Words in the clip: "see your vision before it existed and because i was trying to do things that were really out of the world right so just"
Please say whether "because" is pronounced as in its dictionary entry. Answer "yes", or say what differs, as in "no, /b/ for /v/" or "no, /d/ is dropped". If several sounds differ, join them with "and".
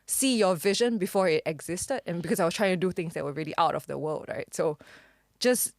no, /s/ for /z/